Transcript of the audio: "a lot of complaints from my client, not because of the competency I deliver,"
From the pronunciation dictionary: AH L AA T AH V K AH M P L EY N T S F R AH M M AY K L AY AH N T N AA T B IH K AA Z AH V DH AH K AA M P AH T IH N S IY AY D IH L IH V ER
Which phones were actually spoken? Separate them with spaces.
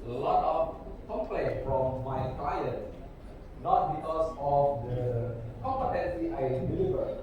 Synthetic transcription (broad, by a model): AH L AA T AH F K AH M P L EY T F R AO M M AY K L AY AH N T N AA T B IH K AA S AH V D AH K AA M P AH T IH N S IY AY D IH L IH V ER